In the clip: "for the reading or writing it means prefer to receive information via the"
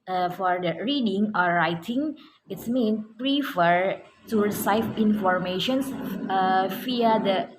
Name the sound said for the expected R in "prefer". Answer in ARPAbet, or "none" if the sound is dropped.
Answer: R